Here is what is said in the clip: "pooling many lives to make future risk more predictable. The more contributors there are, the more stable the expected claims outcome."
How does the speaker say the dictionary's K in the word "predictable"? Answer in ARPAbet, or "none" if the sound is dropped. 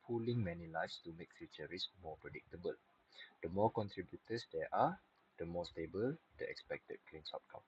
K